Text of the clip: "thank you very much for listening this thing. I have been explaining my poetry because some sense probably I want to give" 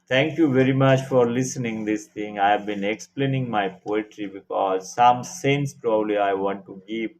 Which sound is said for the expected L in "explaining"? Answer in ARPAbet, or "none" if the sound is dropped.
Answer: L